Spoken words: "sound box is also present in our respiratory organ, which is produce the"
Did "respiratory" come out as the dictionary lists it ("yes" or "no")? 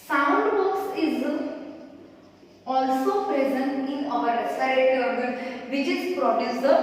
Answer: no